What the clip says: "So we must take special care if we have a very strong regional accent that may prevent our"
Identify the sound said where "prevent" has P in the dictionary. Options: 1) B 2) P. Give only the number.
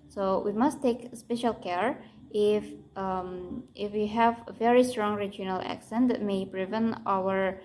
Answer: 1